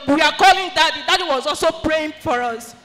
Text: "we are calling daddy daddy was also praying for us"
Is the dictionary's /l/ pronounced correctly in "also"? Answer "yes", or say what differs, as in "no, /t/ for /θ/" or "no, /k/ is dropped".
yes